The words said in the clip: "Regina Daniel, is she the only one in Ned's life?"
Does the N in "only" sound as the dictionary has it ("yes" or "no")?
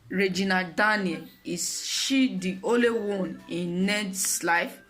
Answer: no